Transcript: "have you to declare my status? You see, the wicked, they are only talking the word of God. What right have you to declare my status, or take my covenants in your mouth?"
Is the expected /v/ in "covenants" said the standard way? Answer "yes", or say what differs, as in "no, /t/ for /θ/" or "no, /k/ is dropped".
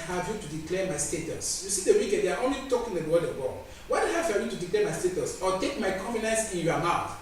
no, /f/ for /v/